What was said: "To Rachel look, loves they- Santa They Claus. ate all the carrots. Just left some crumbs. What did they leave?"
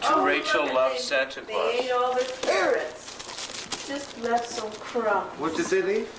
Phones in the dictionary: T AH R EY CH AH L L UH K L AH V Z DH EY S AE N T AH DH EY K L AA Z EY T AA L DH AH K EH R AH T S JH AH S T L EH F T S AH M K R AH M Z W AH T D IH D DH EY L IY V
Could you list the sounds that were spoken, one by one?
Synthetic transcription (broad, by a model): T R EY AH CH L L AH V S AE N T AH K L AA EY T AA L DH AH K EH R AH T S JH AH S T L EH F T S AH M K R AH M W AH T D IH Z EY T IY